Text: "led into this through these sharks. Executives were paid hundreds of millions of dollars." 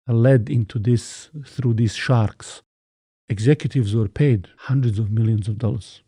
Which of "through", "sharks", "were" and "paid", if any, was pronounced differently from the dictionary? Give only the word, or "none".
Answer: none